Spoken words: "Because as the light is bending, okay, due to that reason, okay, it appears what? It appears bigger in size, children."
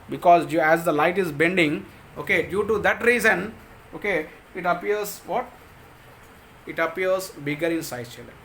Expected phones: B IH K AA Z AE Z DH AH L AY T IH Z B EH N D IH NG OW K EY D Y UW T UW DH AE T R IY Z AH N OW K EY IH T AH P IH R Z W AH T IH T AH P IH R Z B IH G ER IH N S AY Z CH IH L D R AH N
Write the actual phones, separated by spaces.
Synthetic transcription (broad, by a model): B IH K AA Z AE Z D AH L AY T IH Z B EH N D IH NG OW K EY D Y UW T UW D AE T R IY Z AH N OW K EY IH T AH P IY R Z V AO T IH T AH P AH R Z B IH G ER IH N S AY CH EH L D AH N